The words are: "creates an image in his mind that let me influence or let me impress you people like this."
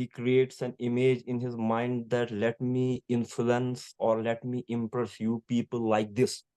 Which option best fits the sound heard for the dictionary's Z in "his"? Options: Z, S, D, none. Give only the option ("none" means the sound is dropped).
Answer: Z